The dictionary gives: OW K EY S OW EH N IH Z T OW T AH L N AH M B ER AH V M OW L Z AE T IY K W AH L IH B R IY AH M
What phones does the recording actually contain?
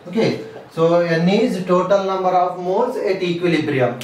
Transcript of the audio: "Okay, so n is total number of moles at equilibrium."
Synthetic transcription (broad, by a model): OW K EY S OW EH N IH Z T OW T AH L N AH M B ER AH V M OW Z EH T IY K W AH L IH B R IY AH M